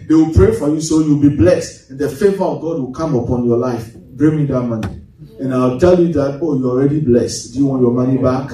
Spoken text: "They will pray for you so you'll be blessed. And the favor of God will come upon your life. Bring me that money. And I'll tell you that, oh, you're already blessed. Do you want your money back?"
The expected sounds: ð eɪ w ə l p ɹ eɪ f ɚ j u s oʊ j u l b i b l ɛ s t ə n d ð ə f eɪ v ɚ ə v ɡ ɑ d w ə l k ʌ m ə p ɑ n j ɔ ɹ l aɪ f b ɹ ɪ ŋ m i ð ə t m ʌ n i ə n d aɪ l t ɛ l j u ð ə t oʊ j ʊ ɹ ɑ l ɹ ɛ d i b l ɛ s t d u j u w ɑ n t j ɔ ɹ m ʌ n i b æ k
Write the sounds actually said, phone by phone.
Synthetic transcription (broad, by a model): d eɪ w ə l p ɹ eɪ f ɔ j u s oʊ j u w b i b l ɛ s t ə n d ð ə f eɪ v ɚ ə v ɡ ɑ d w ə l k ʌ m ə p ɑ n j ɔ l aɪ f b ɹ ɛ m i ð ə t m ʌ n i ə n aɪ w t ɛ l j u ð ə t oʊ j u ɑ l ɹ ɛ d i b l ɛ s t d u j u w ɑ n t j ɔ m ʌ n i b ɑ k